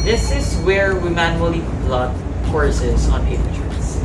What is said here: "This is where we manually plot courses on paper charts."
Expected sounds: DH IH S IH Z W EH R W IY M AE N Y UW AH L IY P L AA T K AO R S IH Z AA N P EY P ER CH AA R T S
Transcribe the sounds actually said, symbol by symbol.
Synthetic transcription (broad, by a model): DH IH S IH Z W EH R W IY M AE N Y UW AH L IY B L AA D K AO R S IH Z AA N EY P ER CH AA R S